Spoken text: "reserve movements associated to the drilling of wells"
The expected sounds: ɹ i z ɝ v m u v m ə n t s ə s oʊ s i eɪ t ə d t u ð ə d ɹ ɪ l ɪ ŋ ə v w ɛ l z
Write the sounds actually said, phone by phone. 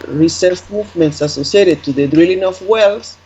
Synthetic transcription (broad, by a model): ɹ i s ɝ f m u v m ə n t s ə s oʊ s i eɪ t ə d t u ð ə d ɹ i l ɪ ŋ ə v w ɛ l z